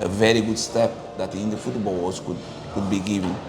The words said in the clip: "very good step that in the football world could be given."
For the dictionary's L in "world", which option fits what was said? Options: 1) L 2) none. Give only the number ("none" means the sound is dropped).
2